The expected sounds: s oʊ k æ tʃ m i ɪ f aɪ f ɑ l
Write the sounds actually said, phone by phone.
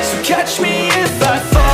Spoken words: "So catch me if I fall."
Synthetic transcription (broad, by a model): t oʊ k æ tʃ m i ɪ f aɪ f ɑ